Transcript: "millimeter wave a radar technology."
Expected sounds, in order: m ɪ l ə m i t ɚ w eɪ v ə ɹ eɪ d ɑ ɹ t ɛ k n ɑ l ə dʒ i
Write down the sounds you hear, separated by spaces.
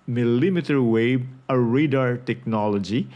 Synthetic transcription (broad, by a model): m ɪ l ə m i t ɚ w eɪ b ə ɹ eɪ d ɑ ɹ t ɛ k n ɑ l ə dʒ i